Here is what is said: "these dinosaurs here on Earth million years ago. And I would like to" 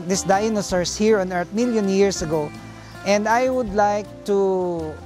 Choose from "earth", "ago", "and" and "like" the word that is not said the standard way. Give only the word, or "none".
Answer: earth